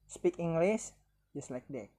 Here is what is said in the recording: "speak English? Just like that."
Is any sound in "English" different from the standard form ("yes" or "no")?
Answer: yes